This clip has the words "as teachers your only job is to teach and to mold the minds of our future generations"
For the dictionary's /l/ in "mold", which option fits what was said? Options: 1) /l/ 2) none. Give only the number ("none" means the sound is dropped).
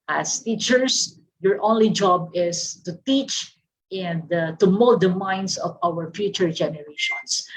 2